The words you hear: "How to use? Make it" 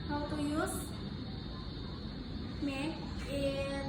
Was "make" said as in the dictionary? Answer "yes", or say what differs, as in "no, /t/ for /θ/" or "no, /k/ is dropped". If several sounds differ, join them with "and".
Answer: no, /k/ is dropped